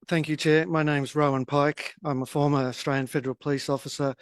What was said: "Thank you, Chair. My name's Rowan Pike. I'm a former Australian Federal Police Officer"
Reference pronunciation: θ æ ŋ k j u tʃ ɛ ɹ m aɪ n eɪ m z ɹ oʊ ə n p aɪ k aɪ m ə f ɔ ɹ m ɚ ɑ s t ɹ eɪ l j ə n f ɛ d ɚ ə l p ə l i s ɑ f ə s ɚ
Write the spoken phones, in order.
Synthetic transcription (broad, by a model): θ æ ŋ k j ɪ tʃ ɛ m aɪ n eɪ m z ɹ oʊ ə n p aɪ k aɪ m ə f ɔ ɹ m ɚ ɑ s t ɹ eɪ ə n f ɛ d ɚ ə l p ə l i s ɑ f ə s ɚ